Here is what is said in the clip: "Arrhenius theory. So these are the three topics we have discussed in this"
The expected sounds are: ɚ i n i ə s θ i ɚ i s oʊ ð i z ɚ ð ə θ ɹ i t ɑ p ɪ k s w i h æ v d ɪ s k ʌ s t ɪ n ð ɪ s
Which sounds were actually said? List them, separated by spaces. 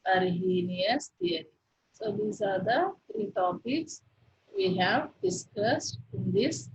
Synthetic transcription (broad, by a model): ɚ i n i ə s t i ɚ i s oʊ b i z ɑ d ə t ɹ i t ɑ p ɪ k s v i h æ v d ɪ s k ʌ s t ɪ n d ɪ s